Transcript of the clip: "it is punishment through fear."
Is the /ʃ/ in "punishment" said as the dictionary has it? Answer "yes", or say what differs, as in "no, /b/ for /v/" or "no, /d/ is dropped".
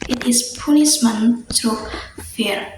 no, /s/ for /ʃ/